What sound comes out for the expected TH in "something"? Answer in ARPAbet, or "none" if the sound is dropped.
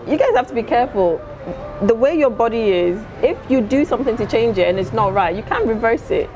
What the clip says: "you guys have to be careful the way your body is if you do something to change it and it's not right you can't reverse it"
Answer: TH